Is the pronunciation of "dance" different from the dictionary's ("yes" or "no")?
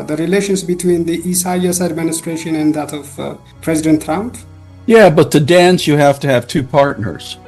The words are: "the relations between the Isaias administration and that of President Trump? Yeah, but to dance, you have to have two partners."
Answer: no